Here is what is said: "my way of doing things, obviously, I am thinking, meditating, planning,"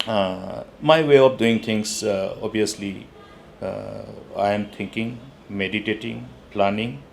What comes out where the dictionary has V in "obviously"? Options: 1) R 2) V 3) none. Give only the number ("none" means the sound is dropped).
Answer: 3